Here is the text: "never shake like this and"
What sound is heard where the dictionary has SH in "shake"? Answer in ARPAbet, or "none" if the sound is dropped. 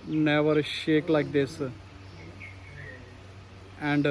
SH